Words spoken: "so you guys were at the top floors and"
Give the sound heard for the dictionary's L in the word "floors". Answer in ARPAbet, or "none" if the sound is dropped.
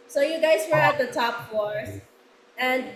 none